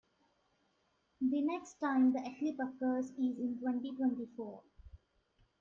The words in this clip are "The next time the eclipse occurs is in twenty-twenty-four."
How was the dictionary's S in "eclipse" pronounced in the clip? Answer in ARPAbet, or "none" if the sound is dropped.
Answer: none